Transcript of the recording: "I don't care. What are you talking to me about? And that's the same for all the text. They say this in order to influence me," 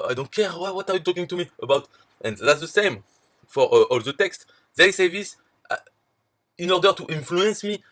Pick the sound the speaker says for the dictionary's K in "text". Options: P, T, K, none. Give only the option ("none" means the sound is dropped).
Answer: K